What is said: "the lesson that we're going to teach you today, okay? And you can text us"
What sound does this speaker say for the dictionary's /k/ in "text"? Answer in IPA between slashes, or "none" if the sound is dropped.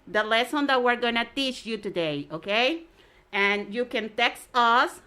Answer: /k/